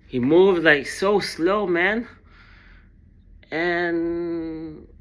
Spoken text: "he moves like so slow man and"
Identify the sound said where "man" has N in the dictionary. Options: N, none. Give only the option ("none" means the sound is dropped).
N